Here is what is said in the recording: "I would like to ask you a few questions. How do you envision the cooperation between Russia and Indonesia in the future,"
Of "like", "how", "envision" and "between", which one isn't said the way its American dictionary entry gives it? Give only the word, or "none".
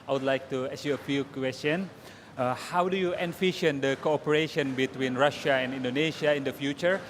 envision